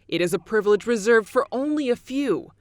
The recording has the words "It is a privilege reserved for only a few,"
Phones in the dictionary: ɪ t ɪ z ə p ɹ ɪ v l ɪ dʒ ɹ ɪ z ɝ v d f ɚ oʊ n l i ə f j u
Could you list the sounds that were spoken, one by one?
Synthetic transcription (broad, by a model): ɪ t ɪ z ə p ɹ ɪ v l ɪ dʒ ɹ ɪ z ɝ v d f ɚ oʊ n l i ə f j u